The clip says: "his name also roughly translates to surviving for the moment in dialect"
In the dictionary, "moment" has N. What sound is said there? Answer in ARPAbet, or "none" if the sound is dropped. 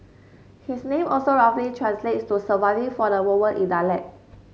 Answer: none